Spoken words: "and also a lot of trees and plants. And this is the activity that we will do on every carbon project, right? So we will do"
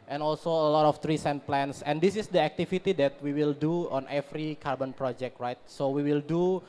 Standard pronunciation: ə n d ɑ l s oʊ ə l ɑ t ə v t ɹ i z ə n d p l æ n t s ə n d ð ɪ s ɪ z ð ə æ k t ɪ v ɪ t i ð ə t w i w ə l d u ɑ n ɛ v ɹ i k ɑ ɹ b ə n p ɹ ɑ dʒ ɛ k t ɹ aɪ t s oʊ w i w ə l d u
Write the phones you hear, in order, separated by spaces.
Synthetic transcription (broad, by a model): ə n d ɑ l s oʊ ə l ɑ t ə f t ɹ i s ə n p l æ n s ə n d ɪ s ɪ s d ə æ k t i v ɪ t i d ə t w i w ə l d u ɑ n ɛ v ɹ i k ɑ ɹ b ə n p ɹ ɑ dʒ ɛ k t ɹ aɪ t s oʊ w i w ə l d u